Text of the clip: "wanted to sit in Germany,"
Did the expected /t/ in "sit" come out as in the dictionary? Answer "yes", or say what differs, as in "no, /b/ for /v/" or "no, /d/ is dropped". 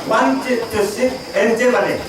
no, /t/ is dropped